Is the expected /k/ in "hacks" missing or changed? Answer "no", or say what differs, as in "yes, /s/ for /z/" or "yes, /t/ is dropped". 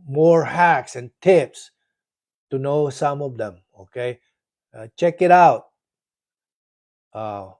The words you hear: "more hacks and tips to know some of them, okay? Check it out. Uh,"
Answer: no